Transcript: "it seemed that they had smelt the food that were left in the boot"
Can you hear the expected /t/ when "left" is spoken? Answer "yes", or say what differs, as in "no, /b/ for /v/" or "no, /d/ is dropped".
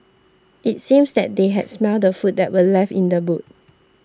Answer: no, /t/ is dropped